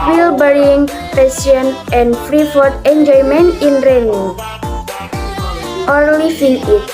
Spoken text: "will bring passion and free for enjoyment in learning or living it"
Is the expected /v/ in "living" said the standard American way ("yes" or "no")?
no